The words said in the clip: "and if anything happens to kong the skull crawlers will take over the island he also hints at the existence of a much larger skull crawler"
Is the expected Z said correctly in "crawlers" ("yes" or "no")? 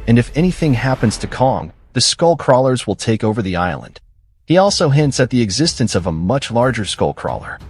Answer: yes